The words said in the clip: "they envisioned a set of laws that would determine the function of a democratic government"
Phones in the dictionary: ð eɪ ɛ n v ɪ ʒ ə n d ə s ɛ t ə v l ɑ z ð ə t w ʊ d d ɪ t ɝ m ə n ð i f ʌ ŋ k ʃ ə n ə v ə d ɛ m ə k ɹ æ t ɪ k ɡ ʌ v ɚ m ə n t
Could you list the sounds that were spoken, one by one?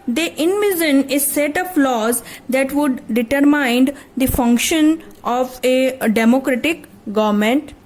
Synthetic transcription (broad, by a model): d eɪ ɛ n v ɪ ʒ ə n ə s ɛ t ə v l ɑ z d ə t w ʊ d d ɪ t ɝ m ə n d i f ʌ ŋ k ʃ ə n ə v ə d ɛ m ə k ɹ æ t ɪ k ɡ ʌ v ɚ m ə n t